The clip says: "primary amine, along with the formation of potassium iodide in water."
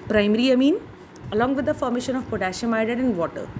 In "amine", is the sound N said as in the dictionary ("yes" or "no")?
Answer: yes